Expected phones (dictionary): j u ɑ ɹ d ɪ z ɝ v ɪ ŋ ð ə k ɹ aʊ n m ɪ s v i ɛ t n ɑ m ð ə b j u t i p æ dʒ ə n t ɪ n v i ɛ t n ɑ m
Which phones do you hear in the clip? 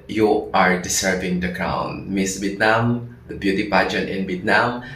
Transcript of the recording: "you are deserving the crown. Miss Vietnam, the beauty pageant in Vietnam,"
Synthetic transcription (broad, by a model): j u ɑ ɹ d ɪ s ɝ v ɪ ŋ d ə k ɹ aʊ n m ɪ s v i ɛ t n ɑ m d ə b j u t i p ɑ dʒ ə t ɪ n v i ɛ t n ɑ m